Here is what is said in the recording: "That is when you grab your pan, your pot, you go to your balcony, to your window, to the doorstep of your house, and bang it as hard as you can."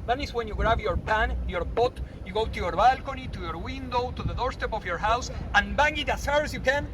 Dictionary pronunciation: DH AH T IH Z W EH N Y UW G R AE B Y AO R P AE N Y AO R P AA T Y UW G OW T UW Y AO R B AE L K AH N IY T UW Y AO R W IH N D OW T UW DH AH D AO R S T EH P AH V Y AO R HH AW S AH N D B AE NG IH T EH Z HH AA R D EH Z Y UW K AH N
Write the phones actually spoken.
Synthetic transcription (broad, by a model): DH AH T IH S W EH N Y UW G R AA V Y AO R P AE N Y AO R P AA T Y UW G OW T UW Y AO R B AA L K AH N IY T UW Y AO R W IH N D OW T UW DH AH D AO R S T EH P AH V Y AO R HH AW S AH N B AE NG IH T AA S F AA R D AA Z Y UW K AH N